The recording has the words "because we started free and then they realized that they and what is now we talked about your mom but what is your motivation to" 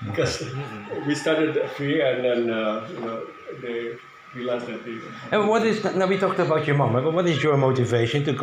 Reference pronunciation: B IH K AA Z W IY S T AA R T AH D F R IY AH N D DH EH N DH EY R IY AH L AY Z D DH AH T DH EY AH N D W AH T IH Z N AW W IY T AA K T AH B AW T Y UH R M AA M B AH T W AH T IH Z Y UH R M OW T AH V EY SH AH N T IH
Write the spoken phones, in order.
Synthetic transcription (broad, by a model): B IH K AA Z W IY S T AA R T AH D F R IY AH N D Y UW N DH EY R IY L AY S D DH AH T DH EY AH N W AH T IH Z N AW W IY T AA K T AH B AW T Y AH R M AA M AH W W AH T IH Z Y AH R M OW T AH V EY SH AH N T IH